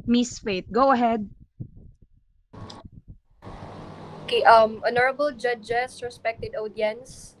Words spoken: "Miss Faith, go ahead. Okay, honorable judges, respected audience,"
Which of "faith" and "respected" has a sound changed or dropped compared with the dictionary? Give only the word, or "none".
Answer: faith